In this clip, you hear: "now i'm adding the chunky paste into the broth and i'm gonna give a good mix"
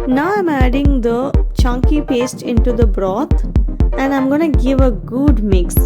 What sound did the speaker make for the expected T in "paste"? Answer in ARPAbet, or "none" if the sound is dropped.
T